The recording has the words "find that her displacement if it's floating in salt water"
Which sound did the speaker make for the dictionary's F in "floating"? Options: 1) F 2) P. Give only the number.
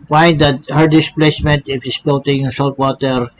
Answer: 2